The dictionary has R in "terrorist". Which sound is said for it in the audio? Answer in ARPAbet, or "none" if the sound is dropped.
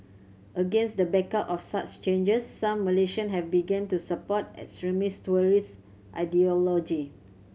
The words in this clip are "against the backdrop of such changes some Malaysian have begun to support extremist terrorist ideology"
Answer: none